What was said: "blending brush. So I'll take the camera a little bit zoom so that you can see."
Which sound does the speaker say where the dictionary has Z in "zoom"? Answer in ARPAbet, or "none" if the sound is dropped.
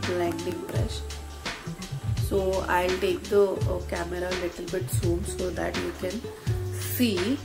S